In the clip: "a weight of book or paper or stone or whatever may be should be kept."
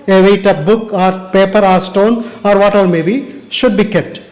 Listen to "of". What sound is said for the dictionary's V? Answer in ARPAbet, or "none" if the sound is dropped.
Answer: P